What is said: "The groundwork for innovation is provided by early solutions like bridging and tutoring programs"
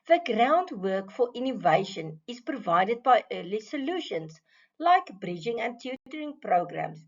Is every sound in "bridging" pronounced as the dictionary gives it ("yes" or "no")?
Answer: yes